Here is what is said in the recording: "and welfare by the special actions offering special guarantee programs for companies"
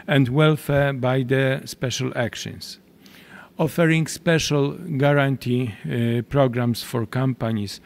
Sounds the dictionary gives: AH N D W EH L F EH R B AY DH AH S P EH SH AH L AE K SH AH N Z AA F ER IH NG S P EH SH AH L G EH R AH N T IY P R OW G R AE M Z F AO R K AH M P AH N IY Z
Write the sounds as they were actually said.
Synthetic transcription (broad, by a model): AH N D W EH L F EH R B AY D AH S P EH SH AH L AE K SH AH N S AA F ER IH NG S P EH SH AH L G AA R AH N T IY P R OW G R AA M S F AO R K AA M P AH N IY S